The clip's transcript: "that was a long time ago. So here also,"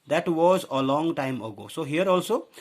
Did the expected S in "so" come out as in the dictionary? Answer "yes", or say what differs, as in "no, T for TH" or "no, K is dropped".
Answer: yes